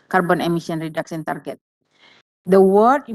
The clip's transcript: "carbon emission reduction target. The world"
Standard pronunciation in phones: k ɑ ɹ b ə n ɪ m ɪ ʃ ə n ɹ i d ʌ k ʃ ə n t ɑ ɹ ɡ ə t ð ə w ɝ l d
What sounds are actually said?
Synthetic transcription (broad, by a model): k ɑ ɹ b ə n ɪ m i s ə n ɹ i d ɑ k s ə n t ɑ ɹ ɡ ə t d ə w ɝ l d